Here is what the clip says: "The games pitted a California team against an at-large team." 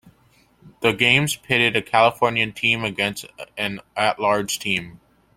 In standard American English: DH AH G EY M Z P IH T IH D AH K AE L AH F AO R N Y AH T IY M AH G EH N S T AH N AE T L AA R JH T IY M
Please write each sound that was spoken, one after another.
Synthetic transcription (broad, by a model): DH AH G EY M Z P IH T IH D AH K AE L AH F AO R N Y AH T IY M AH G EH N S T AH N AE T L AA R JH T IY M